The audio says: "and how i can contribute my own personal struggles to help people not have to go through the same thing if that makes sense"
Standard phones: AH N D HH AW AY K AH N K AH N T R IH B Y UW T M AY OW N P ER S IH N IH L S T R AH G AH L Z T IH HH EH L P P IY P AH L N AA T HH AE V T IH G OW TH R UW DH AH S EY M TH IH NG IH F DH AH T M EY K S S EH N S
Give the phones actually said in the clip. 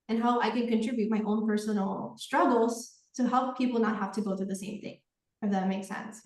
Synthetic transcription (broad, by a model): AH N HH AW AY K AH N K AH N T R IH B Y UW T M AY OW N P ER S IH N L S T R AH G L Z T IH HH EH L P P IY P L N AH T HH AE F T IH G OW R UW DH AH S EY M TH IH NG IH F DH AH T M EY K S S EH N S